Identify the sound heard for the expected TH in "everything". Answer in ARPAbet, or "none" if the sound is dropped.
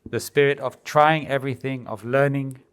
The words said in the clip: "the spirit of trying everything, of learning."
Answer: TH